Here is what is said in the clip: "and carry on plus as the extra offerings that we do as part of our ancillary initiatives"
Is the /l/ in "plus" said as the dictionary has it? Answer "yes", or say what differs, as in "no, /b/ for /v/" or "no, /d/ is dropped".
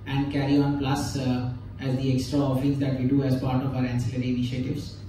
yes